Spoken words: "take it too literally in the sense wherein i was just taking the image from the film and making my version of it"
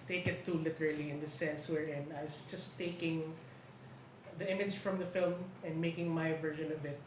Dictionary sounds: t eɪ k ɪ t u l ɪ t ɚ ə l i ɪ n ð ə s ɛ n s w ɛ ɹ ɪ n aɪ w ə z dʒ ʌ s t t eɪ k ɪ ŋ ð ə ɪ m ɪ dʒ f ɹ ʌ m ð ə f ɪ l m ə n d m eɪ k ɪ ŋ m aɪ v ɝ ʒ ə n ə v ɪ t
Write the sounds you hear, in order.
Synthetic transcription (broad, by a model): t eɪ k ɪ t u l ɪ t ɚ ə l i ɪ n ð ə s ɛ n s w ɛ ɹ ɪ n aɪ w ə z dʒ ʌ s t t eɪ k ɪ ŋ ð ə ɪ m ɪ dʒ f ɹ ʌ m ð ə f ɪ l m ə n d m eɪ k ɪ ŋ m aɪ v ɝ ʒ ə n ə b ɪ t